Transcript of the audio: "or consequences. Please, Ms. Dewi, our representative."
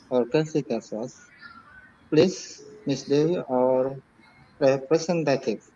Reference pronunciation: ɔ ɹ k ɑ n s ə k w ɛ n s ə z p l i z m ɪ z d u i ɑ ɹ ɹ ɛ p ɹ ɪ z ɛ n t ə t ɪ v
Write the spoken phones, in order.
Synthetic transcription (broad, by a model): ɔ ɹ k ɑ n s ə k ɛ s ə s p l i s m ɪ s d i ɑ ɹ ɹ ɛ p ɹ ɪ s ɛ n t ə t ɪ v